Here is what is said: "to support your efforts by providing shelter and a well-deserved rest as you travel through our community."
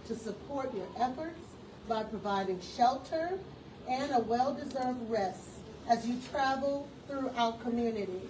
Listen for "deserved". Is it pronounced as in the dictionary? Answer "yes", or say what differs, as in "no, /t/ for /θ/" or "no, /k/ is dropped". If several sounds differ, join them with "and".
yes